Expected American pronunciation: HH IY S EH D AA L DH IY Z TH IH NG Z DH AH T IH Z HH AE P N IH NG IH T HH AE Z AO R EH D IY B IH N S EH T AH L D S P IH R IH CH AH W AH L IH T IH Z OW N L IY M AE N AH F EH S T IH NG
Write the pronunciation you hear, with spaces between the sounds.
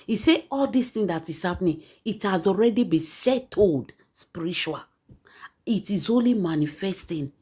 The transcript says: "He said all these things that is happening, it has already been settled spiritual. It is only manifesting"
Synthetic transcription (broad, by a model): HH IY S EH AA L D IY S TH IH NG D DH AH T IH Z HH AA P N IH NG IH T HH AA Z AO R EH D IY B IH S EH T AH L D S P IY R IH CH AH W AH L IH T IH Z OW N L IY M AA N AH F EH S T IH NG